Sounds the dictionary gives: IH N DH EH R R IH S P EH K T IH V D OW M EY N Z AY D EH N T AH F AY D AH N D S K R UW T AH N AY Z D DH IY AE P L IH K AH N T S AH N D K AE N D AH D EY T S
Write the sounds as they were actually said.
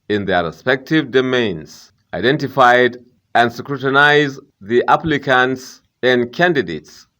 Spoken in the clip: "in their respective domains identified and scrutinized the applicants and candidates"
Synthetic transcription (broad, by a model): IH N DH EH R R IH S P EH K T IH V D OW M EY N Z AY D EH N T AH F AY D AH N D S K R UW T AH N AY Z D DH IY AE P L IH K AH N T S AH N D K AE N D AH D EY T S